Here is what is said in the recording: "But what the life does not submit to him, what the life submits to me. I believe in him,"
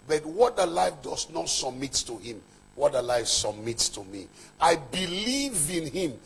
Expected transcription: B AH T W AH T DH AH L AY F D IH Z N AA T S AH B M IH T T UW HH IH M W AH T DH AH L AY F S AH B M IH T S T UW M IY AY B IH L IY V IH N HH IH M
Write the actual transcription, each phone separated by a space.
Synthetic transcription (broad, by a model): B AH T W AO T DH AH L AY F D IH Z N AA T S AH B M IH T T UW HH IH M W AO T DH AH L AY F S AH B M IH T S T UW M IY AY B IH L IY V IH N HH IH M